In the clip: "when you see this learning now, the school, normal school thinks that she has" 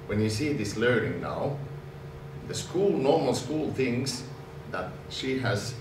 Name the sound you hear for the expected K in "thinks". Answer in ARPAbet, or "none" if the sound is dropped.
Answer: none